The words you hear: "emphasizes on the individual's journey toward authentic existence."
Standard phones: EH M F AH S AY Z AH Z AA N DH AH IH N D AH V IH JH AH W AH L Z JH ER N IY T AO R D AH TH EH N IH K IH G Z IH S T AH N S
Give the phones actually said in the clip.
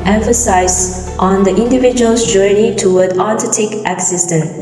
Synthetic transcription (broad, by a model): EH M F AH S AY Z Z AA N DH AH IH N D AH V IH JH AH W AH L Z JH ER N IY T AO W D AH T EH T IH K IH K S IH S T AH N